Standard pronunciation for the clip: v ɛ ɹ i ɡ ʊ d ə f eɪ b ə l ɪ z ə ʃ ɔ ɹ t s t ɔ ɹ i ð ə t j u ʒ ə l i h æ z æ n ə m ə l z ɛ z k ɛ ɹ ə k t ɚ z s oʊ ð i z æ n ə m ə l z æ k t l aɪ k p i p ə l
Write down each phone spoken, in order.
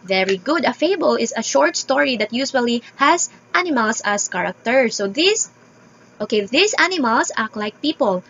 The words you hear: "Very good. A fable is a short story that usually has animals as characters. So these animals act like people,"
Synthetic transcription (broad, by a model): v ɛ ɹ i ɡ ʊ d ə f eɪ b ə l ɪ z ə ʃ ɔ ɹ t s t ɔ ɹ i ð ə t j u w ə l i h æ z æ n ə m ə l s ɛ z k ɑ ɹ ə k t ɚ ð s oʊ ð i s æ n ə m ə l s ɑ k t l aɪ k p i p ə l